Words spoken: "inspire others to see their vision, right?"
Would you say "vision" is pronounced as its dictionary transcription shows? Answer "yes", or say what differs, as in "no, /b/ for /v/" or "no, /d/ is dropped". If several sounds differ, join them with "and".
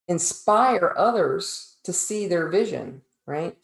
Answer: yes